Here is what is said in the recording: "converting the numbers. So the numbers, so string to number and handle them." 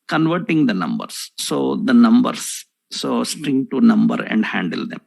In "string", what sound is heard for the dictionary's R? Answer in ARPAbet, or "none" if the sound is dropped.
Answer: R